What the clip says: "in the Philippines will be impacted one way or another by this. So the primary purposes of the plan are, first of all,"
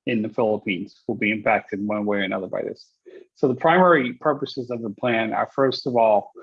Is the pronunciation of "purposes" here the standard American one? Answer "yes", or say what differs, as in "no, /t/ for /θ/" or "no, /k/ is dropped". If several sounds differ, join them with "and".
yes